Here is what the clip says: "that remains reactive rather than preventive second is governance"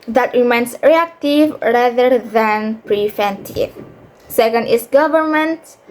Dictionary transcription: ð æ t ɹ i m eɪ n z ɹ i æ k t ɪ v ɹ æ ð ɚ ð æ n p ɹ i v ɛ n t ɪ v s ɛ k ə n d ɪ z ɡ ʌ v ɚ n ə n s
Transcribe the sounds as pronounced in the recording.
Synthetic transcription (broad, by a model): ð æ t ɹ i m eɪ n s ɹ i æ k t ɪ v ɹ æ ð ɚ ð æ n p ɹ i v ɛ n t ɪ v s ɛ k ə n d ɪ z ɡ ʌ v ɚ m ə n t